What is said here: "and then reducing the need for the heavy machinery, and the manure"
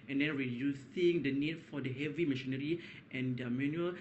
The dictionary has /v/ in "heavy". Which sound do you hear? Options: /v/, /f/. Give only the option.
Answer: /v/